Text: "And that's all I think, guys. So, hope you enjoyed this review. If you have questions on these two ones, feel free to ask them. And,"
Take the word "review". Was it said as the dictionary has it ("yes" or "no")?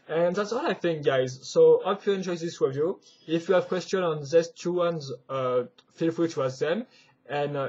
no